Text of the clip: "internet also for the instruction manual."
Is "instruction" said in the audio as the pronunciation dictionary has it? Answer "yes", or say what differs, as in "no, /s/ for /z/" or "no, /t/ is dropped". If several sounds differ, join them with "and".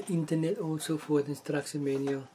no, /s/ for /ʃ/